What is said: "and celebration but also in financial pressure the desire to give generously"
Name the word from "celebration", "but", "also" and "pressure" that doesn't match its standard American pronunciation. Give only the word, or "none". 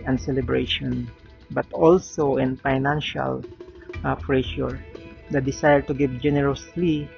pressure